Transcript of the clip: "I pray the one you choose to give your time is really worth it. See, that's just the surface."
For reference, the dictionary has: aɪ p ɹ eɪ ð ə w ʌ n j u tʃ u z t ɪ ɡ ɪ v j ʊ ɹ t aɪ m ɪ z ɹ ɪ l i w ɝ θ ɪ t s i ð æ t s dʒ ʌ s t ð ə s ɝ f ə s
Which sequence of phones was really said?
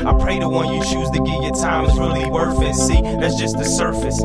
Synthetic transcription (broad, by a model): aɪ p ɹ eɪ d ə w ʌ n j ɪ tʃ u z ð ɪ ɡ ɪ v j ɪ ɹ t aɪ m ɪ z ɹ ɪ l i w ɝ f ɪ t s i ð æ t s dʒ ʌ s t ð ə s ɝ f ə s